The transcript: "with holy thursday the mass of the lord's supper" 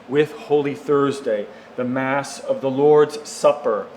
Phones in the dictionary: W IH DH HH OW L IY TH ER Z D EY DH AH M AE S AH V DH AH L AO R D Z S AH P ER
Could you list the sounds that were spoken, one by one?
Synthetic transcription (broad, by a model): W IH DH HH OW L IY TH ER Z D EY DH AH M AE S AH V DH AH L AO R D Z S AH P ER